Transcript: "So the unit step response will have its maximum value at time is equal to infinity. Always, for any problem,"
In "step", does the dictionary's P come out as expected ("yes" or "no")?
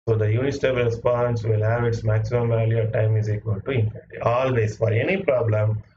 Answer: no